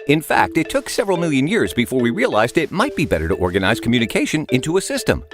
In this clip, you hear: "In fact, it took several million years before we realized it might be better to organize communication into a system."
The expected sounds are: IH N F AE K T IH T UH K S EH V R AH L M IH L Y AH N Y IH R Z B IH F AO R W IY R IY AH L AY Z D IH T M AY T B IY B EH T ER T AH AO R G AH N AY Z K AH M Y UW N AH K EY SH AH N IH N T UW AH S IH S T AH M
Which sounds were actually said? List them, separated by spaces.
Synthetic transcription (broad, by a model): IH N F AE K T IH T UH K S EH V R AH L M IH L Y AH N Y IH R Z B IH F AO R W IY R IY AH L AY Z D IH T M AY T B IY B EH T ER T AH AO R G AH N AY Z K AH M Y UW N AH K EY SH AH N IH N T UW AH S IH S T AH M